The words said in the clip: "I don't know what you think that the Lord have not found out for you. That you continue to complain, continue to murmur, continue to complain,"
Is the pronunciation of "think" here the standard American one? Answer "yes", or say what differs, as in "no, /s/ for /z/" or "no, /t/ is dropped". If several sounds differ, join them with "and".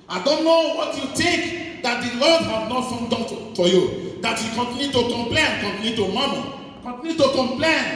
no, /t/ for /θ/